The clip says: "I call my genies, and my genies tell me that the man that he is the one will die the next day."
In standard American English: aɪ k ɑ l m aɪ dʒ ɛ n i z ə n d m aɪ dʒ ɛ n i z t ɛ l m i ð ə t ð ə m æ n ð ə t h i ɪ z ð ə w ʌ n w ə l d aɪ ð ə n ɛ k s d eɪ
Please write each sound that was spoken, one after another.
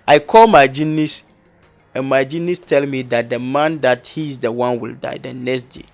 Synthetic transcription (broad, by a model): aɪ k ɑ l m aɪ dʒ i n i s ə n m aɪ dʒ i n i s t ɛ l m i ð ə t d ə m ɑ n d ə t h i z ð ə w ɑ n w ə l d aɪ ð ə n ɛ k s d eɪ